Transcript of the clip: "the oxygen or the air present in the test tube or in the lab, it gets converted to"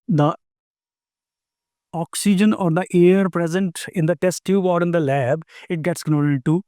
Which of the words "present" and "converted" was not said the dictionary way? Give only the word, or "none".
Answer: converted